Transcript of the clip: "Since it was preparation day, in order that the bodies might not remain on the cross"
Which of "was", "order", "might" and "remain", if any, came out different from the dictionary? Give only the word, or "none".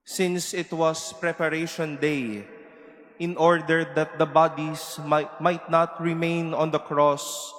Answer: was